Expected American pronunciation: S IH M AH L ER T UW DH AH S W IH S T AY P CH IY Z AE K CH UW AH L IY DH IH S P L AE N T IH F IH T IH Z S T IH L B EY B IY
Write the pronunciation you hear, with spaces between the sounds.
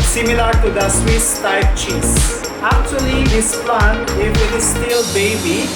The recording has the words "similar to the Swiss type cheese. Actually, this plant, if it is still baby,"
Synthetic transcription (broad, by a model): S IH M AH L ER T UW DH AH S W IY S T AY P CH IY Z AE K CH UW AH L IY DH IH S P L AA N IH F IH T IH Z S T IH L B EY B IY